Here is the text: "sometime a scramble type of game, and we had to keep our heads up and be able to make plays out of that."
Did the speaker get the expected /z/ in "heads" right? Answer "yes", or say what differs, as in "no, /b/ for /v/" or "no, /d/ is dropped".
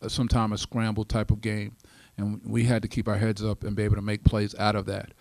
yes